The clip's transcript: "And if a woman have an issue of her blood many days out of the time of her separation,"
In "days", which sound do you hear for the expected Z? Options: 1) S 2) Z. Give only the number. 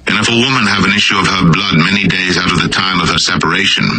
2